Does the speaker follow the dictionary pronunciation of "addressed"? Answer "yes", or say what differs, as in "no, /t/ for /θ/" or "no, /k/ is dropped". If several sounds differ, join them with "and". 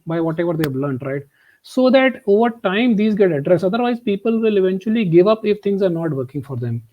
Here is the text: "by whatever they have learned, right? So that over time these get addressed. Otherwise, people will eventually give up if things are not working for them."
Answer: no, /t/ is dropped